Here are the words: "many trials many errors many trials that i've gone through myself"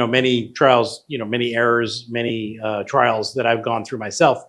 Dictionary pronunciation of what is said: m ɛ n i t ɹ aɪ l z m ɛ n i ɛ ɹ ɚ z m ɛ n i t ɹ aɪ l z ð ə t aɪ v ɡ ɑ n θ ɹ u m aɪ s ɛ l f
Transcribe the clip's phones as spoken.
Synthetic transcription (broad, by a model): m ɛ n i t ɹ aɪ l z m ɛ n i ɛ ɹ ɚ z m ɛ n i t ɹ aɪ l z ð ə t aɪ v ɡ ɑ n θ ɹ u m aɪ s ɛ l f